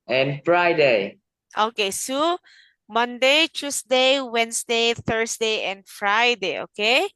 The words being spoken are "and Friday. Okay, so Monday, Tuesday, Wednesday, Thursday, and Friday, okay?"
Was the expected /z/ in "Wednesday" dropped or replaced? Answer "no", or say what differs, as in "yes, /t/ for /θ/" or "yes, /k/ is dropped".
yes, /s/ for /z/